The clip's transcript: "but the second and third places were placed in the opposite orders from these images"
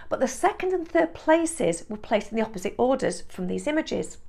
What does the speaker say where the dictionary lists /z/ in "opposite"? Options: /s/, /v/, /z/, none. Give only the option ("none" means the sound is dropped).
/z/